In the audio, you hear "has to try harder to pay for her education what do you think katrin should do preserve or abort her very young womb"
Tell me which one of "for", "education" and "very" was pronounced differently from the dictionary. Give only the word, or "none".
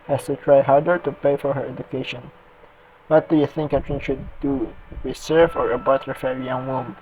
very